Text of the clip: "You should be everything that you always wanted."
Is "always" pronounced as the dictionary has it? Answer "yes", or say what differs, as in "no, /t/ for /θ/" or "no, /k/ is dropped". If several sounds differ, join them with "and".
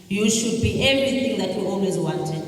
yes